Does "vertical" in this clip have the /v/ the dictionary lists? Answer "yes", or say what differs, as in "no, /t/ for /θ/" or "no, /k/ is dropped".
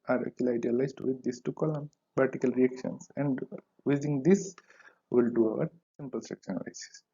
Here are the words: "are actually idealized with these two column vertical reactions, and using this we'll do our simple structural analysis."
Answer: no, /p/ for /v/